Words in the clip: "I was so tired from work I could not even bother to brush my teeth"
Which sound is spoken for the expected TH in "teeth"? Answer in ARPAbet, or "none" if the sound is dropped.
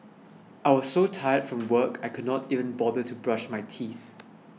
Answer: TH